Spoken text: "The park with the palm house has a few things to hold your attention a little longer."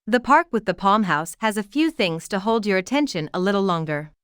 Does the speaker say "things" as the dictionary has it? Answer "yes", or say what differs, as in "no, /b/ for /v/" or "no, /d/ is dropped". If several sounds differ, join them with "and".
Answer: yes